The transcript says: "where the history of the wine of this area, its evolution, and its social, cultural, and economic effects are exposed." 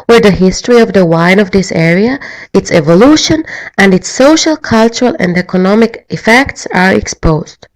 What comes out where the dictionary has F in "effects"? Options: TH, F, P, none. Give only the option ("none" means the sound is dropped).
F